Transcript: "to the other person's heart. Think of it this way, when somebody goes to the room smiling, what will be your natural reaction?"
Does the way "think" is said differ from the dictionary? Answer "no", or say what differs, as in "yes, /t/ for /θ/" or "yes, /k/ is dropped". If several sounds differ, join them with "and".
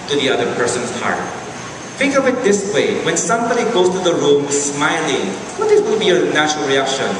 yes, /f/ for /θ/